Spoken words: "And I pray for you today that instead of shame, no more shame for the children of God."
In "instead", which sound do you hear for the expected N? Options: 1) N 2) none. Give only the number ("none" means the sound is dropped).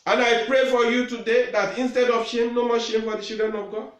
1